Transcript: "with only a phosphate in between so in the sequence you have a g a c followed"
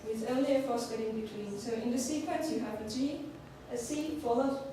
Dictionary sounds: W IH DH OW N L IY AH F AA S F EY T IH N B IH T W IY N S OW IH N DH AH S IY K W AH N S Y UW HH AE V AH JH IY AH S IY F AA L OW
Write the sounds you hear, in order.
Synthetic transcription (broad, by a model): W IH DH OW L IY AH F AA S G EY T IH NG B IH T W IY N S OW IH N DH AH S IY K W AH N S Y UW HH AE V AH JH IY AH S IY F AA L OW